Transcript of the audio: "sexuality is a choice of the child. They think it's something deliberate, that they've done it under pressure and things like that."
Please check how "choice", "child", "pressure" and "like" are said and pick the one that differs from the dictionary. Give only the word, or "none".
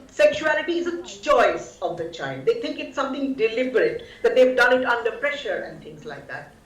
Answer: child